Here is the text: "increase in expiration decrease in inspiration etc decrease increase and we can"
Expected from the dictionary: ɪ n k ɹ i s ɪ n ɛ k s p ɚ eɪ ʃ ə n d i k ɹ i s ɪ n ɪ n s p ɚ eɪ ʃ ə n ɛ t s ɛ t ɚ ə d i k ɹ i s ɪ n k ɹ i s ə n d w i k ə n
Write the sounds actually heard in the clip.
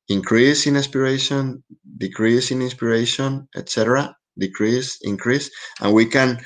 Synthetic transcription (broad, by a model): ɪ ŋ k ɹ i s ɪ n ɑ s p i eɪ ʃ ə n d i k ɹ i s ɪ n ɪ n s p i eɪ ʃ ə n ɛ t s ɛ t ɚ ə d i k ɹ i s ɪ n k ɹ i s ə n w i k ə n